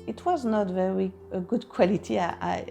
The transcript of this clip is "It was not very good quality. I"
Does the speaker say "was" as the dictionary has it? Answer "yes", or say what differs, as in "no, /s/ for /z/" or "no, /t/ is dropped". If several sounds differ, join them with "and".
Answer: yes